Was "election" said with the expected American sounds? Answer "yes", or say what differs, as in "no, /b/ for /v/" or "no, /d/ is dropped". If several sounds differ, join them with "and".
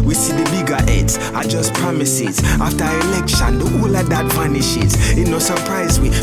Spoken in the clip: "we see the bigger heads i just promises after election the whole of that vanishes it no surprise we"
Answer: yes